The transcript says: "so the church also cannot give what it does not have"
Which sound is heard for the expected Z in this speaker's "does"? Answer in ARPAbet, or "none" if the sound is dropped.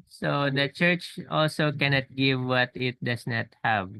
S